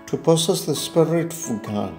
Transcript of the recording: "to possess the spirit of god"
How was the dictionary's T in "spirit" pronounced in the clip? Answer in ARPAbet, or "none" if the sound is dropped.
T